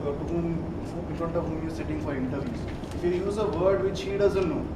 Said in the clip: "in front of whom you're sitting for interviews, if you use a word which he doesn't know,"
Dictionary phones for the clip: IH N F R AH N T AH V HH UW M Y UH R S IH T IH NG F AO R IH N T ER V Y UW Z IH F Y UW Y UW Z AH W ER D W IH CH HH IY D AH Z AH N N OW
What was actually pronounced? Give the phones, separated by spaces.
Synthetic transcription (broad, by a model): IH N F R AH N T AH V HH UW M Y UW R S IH T IH NG F AO R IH N T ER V Y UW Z IH F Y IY Y UW Z AH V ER D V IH CH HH IY D AH Z AH N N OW